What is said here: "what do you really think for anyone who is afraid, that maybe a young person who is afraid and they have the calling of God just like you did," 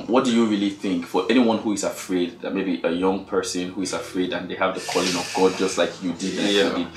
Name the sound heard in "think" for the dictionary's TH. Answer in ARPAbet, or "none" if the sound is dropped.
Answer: TH